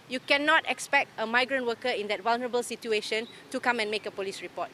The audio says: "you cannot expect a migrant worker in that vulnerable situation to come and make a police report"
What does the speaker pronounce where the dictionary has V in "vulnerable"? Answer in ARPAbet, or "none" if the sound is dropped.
W